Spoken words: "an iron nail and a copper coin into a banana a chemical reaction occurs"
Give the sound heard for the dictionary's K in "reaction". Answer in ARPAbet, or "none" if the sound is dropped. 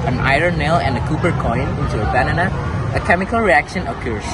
K